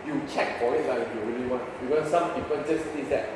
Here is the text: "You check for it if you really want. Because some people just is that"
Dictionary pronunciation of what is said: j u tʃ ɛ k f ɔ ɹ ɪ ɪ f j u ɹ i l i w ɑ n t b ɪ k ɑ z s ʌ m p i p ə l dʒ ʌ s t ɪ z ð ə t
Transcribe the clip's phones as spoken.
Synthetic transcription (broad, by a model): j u tʃ ɛ k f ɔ l ɪ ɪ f j u ɹ i l i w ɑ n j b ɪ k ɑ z s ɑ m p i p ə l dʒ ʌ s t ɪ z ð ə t